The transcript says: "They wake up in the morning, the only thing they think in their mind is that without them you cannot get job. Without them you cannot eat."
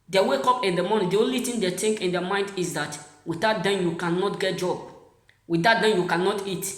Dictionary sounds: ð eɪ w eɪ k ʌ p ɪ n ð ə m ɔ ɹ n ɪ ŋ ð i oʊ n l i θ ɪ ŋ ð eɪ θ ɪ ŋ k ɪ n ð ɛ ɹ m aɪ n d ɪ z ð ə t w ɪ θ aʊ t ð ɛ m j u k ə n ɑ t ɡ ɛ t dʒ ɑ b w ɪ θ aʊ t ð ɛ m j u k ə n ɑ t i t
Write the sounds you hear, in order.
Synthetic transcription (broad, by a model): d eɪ w eɪ k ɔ p ɪ n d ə m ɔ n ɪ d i oʊ n l i t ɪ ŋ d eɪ t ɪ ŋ k ɪ n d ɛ m aɪ n d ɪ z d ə t w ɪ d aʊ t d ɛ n j u k ə n ɑ t ɡ ɛ t dʒ ɑ b w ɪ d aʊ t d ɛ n j u k ə n ɑ t i t